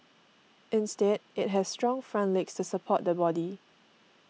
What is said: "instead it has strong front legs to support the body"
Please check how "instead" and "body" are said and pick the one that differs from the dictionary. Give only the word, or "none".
none